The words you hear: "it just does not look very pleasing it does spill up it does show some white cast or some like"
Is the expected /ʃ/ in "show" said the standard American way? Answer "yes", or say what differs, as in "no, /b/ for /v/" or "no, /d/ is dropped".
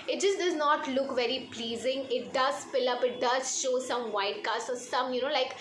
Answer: yes